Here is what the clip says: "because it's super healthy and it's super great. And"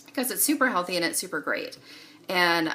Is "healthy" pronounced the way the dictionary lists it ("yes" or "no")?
yes